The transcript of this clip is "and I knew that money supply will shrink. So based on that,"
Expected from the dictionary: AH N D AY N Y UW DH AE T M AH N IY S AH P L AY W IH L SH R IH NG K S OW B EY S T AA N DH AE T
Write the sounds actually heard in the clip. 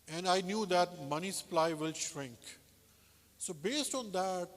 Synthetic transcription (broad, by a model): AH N D AY N Y UW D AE T M AH N IY S AH P L AY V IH L SH R IH NG K S OW B EY S T AA N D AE T